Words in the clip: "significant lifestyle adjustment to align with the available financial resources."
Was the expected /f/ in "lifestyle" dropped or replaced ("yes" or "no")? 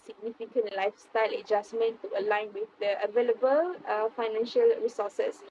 no